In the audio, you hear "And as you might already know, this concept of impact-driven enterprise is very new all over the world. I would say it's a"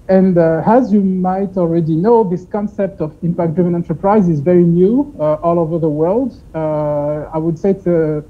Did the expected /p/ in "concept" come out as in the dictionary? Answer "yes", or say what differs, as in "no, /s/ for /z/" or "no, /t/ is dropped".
yes